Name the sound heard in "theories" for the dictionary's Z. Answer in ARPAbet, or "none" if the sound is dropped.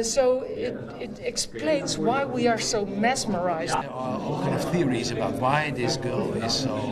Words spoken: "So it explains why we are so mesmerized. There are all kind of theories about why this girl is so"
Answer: Z